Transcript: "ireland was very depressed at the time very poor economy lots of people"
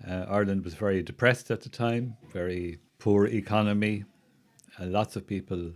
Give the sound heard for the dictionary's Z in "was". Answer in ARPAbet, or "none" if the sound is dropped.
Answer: Z